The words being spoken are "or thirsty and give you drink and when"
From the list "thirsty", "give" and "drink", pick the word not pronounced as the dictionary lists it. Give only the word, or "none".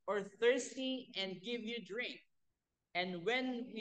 none